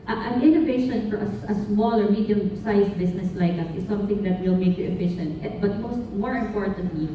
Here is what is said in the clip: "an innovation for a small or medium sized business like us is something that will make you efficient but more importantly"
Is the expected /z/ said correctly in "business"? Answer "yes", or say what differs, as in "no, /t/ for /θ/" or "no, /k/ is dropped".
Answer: no, /s/ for /z/